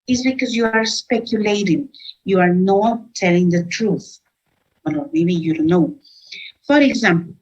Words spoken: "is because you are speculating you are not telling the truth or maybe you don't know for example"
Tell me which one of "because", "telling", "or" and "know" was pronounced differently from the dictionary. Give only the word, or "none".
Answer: or